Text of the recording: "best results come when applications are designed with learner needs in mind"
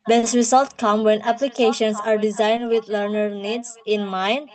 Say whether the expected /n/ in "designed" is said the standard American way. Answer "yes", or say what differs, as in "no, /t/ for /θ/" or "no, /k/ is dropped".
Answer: yes